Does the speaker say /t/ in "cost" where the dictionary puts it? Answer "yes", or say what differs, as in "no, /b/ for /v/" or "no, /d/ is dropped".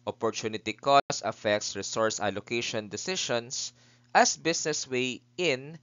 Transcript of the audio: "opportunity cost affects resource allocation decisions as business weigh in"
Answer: no, /t/ is dropped